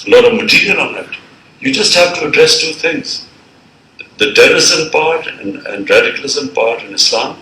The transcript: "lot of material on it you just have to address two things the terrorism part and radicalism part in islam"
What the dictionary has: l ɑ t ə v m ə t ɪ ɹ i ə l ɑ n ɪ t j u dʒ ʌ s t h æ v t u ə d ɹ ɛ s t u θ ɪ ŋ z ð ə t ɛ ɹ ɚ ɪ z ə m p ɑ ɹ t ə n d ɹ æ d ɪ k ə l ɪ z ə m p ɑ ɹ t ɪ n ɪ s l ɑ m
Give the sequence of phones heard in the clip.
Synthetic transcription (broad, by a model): l ɑ t ə v m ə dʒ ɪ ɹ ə n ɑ n ɪ t j u dʒ ʌ s t h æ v t u ə d ɹ ɛ s t u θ ɪ ŋ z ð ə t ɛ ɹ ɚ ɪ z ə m p ɑ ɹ t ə n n ɹ æ d ɪ k ə l ɪ z ə m p ɑ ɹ t ɪ n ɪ s l ɑ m